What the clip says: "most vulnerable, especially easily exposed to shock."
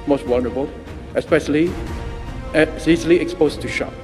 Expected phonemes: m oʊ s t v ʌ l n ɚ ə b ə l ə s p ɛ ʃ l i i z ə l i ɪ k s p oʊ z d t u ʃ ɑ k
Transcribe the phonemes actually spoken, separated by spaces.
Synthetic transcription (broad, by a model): m oʊ s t w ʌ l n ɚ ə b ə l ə s p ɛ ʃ l i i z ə l i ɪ k s p oʊ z t u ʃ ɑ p